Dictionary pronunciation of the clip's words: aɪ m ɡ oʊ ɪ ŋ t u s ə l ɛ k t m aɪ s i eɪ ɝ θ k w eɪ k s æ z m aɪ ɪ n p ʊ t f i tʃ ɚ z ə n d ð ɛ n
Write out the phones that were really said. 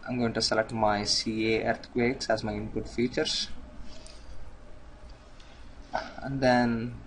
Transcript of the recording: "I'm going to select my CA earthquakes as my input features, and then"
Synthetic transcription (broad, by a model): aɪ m ɡ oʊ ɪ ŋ t u s ə l ɛ k t m aɪ s i eɪ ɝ t k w eɪ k s æ z m aɪ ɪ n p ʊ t f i tʃ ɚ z ə n d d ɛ n